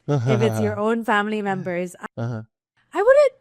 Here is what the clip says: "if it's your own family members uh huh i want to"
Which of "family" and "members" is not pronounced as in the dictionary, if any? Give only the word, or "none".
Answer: none